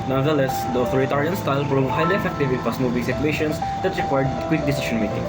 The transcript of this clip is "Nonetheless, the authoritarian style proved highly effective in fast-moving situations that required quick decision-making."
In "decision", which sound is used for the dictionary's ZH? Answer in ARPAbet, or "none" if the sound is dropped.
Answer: SH